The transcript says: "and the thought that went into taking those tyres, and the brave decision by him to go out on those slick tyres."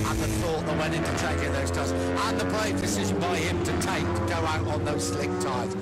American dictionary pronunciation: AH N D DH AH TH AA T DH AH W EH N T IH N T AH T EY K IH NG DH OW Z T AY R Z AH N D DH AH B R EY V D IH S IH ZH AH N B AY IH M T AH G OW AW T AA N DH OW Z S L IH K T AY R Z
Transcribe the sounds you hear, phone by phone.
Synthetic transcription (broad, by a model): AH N DH AH TH AA T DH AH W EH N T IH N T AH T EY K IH DH OW Z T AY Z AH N DH AH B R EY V D IH S IH ZH AH N B AY IH M T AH G OW AW T N DH OW Z S L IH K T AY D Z